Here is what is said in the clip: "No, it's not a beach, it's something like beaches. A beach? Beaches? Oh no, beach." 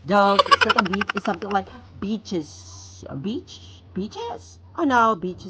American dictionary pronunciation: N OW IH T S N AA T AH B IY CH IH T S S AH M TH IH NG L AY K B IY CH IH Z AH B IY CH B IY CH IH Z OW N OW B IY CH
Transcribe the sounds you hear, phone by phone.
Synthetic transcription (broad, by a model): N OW IH T S L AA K AH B IY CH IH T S S AH M TH IH NG L AY K B IY CH IH Z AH B IY CH B IY CH IH Z OW N OW B IY CH